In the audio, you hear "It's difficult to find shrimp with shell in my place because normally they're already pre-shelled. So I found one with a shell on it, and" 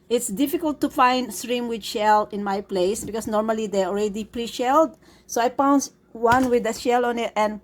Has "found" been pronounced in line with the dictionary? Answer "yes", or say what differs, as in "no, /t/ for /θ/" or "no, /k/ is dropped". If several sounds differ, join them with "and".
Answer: no, /p/ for /f/